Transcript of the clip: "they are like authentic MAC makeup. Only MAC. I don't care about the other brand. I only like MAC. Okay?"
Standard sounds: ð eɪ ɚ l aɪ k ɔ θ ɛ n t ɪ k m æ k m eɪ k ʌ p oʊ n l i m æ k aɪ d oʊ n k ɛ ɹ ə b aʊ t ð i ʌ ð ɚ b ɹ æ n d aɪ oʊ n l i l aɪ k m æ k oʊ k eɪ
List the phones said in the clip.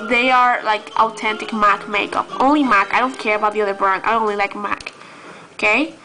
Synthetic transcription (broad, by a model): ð eɪ ɚ l aɪ k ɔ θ ɛ n t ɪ k m æ k m eɪ k ʌ p oʊ n l i m æ k aɪ d oʊ n k ɛ ɹ ə b aʊ t ð i ʌ ð ɚ b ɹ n aɪ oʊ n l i l aɪ k m æ k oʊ k eɪ